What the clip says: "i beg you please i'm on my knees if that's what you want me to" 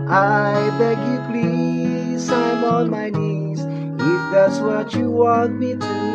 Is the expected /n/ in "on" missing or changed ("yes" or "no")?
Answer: yes